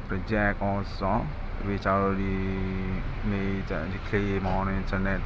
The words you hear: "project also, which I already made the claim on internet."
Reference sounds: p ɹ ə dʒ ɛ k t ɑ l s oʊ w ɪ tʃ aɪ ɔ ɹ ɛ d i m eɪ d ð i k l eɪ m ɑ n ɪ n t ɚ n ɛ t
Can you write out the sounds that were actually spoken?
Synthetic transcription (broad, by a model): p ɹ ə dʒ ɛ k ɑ s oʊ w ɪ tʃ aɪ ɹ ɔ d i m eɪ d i k l eɪ m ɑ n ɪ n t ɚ n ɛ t